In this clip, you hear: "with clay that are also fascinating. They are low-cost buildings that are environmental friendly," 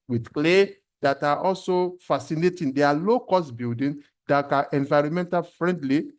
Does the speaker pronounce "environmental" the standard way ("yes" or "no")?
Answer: yes